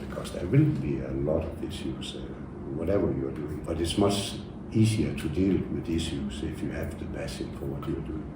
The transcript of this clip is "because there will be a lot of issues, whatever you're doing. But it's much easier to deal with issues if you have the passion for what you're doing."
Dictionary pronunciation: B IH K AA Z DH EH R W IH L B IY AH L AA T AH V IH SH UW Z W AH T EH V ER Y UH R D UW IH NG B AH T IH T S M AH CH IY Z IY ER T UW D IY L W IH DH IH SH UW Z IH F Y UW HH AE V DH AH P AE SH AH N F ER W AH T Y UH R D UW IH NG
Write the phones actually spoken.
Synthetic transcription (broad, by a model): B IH K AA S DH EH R W IH L B IY AH L AA T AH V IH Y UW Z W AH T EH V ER Y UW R D UW IH NG B AH T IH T S M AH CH IY S IY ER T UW D IY L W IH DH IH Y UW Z IH F Y UW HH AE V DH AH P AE S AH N F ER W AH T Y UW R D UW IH NG